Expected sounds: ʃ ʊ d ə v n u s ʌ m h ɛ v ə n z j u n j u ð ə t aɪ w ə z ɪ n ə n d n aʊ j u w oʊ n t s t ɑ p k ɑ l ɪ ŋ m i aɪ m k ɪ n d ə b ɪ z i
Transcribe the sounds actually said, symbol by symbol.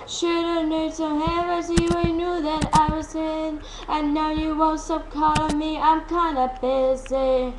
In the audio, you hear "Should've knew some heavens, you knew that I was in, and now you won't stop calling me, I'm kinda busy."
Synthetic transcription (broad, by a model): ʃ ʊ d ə n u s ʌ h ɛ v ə z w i n j u ð ə t aɪ w ə z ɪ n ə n n aʊ j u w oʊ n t s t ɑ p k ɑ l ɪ m i aɪ m k ɪ n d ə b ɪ z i